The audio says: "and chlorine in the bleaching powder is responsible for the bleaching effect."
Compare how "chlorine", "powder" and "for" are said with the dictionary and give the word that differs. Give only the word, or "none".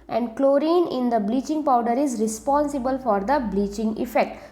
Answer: none